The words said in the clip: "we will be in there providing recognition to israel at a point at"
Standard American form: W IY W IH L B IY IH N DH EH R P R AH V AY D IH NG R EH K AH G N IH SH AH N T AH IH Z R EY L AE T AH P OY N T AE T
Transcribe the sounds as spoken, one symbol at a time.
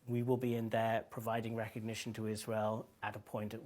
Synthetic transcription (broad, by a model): W IY W IH L B IY IH N DH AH P R AH V AY D IH NG R EH K AH G N IH SH AH N T AH IH Z R EY L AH T AH P OY N T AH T